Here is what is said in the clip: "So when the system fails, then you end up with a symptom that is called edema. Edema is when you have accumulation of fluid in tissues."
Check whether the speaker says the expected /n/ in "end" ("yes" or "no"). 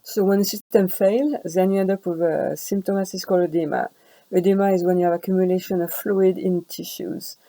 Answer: no